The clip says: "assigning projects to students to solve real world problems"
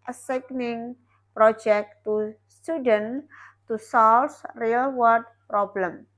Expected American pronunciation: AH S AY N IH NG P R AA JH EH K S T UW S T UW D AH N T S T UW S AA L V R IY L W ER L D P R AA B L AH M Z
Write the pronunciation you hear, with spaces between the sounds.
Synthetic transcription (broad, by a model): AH S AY N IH NG P R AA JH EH K T UW S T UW D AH N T T UW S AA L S R IY L W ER D P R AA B L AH M